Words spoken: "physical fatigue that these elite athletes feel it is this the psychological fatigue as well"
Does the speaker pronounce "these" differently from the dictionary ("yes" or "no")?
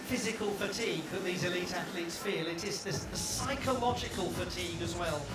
no